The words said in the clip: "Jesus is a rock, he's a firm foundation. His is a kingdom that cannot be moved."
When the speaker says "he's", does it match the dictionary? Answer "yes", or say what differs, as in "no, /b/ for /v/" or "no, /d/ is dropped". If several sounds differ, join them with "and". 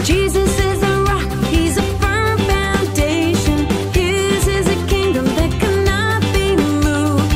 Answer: yes